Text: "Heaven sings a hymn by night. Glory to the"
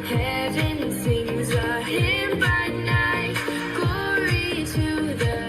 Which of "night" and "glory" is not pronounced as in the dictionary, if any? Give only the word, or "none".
glory